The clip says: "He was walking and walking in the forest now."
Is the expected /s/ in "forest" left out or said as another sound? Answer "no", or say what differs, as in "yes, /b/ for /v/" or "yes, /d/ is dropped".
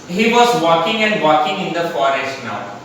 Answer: no